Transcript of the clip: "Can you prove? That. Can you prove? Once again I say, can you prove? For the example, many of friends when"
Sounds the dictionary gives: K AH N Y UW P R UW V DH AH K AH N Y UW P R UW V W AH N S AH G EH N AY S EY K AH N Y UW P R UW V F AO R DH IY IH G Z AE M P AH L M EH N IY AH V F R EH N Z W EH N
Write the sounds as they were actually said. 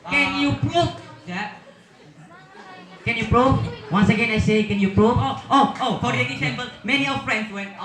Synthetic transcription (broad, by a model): K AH N Y UW P R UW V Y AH K AH N Y UW P R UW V W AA N S AH G EH N AY S EY K AH N Y UW P R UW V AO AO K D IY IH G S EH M B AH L M EH N IY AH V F R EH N S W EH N